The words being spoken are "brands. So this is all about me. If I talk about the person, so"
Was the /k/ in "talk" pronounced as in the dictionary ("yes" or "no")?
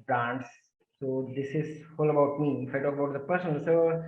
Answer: no